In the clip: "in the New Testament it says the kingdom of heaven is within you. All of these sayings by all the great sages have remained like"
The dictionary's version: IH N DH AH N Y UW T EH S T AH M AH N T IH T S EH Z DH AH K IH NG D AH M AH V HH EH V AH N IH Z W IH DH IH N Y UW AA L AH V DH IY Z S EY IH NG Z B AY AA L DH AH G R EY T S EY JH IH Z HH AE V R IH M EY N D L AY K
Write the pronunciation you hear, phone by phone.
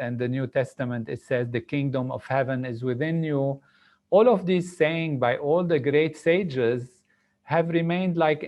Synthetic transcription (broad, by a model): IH N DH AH N Y UW T EH S T AH M AH N T IH T S EH Z DH AH K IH NG D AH M AH V HH EH V AH N IH Z W IH DH IH N Y UW AA L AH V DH IY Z S EY IH NG B AY AA L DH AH G R EY T S EY JH IH Z HH AE V R IH M EY N D L AY K